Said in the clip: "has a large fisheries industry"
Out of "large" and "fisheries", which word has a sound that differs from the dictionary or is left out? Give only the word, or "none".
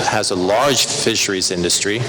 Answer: none